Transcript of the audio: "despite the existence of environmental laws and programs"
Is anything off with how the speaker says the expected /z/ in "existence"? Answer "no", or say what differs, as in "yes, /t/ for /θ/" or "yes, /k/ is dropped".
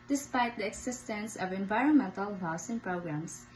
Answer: yes, /s/ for /z/